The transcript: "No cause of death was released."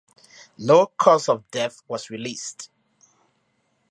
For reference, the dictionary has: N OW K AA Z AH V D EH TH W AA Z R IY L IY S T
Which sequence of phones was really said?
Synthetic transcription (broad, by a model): L OW K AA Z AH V D EH TH W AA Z R IY L IY S T